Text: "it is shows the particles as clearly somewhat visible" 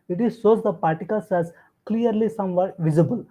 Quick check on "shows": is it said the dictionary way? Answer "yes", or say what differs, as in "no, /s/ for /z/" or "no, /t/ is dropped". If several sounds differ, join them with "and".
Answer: no, /s/ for /ʃ/